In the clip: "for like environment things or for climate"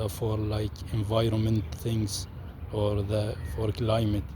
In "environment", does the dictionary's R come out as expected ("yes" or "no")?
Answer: yes